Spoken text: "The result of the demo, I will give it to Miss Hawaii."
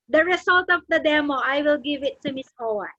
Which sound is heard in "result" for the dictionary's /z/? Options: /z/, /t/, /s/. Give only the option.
/s/